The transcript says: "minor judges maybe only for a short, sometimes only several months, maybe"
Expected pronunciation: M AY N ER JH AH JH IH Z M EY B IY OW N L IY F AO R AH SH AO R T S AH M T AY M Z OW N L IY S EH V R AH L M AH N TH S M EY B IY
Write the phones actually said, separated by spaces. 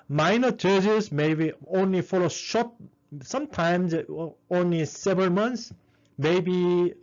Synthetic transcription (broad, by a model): M AY N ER CH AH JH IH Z M EY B IY OW N L IY F AO L AH SH AO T S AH M T AY M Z OW N L IY S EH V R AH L M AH N S M EY B IY